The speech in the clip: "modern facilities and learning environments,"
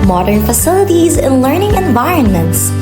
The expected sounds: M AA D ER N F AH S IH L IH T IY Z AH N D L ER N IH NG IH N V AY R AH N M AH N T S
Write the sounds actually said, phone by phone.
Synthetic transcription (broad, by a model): M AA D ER N F AH S IH L IH T IY Z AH N L ER N IH NG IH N V AY R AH N M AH N T S